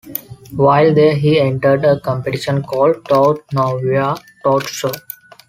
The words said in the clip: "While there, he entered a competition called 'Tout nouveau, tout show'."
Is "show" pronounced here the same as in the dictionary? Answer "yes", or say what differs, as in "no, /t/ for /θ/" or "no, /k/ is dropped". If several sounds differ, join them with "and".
no, /s/ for /ʃ/